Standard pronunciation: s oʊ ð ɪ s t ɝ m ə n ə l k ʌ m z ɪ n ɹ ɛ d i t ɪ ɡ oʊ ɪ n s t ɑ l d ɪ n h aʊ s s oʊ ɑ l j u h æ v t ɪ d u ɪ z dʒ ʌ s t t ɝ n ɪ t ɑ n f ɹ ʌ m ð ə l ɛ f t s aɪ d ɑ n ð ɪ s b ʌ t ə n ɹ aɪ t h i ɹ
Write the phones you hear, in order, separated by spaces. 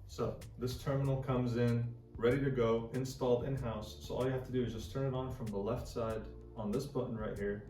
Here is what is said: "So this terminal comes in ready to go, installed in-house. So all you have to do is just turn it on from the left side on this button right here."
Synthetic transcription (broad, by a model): s oʊ ð ɪ s t ɝ m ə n l k ʌ m z ɪ n ɹ ɛ d i t ɪ ɡ oʊ ɪ n s t ɑ l d ɪ n h aʊ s s oʊ ɑ l j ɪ h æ f t ɪ d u ɪ z dʒ ʌ s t t ɝ n ɪ t n f ɹ ʌ m ð ə l ɛ f t s aɪ d n ð ɪ s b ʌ t n ɹ aɪ t h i ɹ